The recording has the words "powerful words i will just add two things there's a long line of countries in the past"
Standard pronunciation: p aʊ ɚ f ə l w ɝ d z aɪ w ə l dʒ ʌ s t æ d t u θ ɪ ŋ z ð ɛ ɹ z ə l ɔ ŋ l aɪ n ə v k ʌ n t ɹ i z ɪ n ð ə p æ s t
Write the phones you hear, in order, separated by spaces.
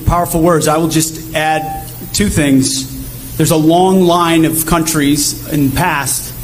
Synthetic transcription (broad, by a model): p aʊ ɚ f l w ɝ d z aɪ w ə l dʒ ʌ s t æ d t u θ ɪ ŋ z ð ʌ ɹ z ə l ɔ ŋ l aɪ n ə v k ʌ n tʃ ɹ i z ɪ n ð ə p æ s t